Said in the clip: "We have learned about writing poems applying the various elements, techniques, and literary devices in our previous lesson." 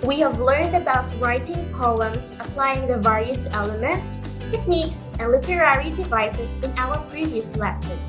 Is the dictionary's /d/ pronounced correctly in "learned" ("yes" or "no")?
yes